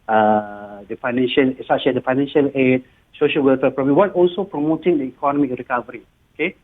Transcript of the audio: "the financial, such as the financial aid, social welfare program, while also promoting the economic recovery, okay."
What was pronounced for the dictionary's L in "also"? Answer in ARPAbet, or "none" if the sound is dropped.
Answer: L